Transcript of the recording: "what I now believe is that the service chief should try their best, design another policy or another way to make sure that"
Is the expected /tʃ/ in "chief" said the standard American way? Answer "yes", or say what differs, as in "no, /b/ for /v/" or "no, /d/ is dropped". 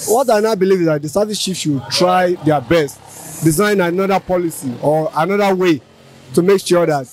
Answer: no, /ʃ/ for /tʃ/